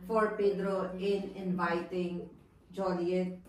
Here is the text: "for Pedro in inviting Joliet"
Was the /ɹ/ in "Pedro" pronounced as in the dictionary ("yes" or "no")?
yes